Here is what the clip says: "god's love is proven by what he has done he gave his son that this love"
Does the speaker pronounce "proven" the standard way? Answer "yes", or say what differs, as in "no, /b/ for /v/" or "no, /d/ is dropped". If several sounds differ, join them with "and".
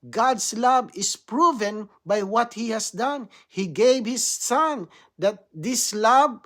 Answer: yes